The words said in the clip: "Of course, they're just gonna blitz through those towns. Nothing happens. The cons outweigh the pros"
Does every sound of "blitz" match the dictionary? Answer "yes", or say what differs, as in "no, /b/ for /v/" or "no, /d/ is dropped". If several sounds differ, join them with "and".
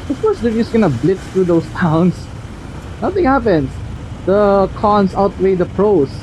no, /s/ is dropped